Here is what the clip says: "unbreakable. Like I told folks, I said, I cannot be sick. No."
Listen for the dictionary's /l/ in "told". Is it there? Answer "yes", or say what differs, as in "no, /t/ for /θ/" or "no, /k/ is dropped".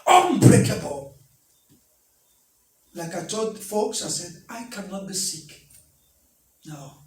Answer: no, /l/ is dropped